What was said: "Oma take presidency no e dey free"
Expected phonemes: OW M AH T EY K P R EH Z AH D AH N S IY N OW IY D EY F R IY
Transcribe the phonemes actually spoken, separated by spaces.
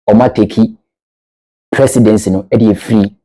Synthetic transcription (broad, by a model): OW M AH T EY K P R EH S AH D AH N S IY N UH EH D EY F R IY